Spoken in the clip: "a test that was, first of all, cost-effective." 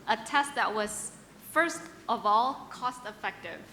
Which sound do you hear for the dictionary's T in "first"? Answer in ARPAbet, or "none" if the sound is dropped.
T